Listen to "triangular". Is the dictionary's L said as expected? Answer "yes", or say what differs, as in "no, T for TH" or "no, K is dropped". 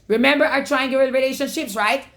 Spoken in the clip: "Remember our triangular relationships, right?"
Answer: no, L is dropped